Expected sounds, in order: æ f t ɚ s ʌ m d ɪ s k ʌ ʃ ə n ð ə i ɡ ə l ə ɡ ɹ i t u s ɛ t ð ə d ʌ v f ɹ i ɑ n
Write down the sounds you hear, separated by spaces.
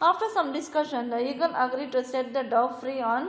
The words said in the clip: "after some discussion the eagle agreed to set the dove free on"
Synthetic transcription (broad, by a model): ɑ f t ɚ s ʌ m d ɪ s k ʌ ʃ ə n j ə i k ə n ə ɡ ɹ i t u s ɛ t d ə d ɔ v f ɹ i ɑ n